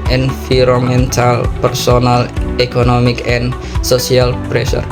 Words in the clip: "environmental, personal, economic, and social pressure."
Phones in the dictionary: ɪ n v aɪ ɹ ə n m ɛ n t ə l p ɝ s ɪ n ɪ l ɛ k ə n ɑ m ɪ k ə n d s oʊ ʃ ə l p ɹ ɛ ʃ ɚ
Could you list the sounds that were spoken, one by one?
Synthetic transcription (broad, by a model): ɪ n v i ɹ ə m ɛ n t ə l p ɝ s ɪ n ɪ l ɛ k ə n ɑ m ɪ k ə n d s oʊ s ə l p ɹ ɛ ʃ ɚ